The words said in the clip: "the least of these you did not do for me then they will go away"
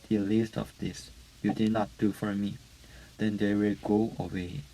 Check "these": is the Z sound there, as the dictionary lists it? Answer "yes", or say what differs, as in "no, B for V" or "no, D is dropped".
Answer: no, S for Z